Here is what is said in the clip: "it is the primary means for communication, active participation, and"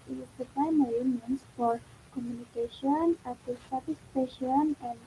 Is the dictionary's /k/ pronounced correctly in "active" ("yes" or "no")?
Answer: no